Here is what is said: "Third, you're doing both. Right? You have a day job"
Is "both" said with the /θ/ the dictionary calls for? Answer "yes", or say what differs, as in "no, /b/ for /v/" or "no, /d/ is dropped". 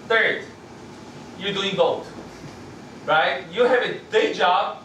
no, /t/ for /θ/